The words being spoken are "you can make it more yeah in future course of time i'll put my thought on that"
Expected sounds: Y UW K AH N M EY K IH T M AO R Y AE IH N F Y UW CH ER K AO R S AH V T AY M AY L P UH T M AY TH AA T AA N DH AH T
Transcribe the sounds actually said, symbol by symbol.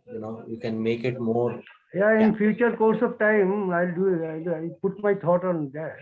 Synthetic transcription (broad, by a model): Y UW K AH N M EY K IH T M AO R Y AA IH N F Y UW CH ER K AO R S AH V T AY M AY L P UH T M AY T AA T AA N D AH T